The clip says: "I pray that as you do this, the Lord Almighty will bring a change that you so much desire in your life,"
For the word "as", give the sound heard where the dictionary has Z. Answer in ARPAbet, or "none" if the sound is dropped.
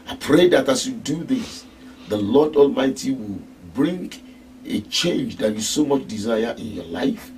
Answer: S